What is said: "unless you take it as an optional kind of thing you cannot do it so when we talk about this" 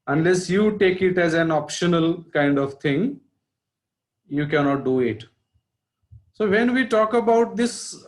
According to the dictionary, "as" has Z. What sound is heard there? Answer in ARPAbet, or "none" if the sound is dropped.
Z